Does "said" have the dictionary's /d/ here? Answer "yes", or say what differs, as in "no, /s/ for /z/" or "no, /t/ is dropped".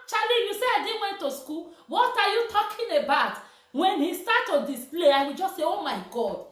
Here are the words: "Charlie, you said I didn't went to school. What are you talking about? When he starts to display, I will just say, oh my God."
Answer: no, /d/ is dropped